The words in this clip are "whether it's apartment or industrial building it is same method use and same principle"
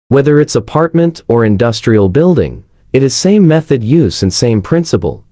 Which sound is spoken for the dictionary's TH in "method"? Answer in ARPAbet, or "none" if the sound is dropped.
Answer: TH